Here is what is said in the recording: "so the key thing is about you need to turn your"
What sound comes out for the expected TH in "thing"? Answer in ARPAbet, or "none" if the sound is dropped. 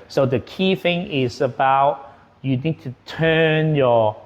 TH